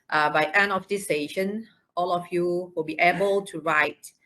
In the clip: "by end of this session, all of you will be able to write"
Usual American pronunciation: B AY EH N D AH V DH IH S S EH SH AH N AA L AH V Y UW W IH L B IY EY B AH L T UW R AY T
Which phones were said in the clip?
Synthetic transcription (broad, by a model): B AY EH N AH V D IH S S EH SH AH N AA L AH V Y UW W IH L B IY EY B AH L T UW R AY T